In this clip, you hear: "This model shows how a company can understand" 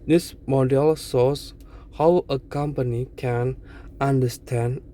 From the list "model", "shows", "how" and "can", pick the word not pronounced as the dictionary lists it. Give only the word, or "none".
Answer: shows